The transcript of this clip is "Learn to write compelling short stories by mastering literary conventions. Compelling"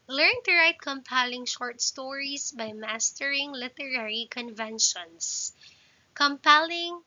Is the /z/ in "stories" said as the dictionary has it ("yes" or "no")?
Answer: no